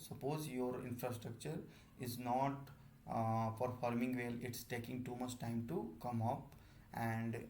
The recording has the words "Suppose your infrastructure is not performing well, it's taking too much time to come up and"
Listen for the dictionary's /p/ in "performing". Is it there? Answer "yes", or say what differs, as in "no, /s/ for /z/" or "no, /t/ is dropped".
no, /f/ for /p/